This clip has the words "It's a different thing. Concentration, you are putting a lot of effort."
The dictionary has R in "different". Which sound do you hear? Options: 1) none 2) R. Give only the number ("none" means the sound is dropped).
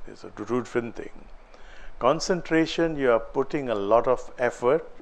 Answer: 1